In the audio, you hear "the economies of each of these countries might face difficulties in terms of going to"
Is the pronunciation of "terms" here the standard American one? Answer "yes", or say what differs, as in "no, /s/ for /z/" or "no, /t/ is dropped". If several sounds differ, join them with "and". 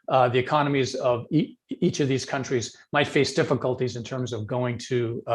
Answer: yes